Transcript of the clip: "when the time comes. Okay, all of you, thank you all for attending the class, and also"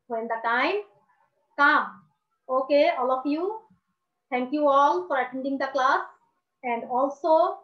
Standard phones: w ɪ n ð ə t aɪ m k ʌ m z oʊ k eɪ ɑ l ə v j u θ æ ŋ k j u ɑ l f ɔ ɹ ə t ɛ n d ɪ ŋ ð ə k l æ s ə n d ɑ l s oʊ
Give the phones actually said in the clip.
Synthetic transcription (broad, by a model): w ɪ n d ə t aɪ m k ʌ m oʊ k eɪ ɑ l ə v j u t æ ŋ k j u ɑ l f ɔ ɹ ə t ɛ n d ɪ ŋ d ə k l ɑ s ə n d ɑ l s oʊ